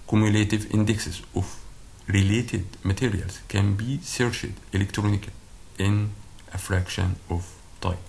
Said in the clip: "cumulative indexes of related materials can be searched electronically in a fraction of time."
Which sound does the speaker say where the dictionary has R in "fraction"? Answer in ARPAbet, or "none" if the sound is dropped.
R